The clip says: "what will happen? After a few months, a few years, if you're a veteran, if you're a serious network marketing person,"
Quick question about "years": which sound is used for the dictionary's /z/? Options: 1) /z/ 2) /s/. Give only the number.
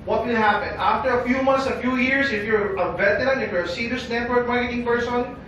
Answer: 2